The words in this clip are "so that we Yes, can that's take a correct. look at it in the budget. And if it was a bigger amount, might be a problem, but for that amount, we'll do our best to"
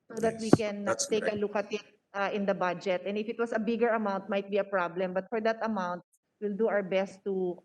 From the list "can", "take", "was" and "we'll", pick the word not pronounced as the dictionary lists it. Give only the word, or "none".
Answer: was